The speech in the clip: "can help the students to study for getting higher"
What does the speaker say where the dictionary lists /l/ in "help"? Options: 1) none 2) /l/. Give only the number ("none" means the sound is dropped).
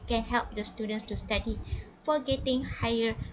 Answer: 2